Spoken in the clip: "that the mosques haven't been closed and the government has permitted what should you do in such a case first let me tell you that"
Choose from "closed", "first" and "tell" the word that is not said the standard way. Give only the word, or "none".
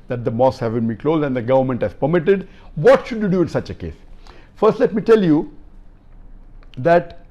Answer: none